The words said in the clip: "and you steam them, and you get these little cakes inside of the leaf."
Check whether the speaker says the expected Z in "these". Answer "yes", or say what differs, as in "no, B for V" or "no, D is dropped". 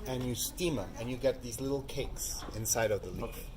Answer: yes